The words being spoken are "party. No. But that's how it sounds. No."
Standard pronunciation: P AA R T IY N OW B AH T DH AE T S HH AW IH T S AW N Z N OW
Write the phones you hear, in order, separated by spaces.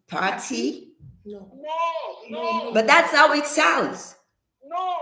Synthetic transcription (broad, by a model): P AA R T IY B AH T DH AE T S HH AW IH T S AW L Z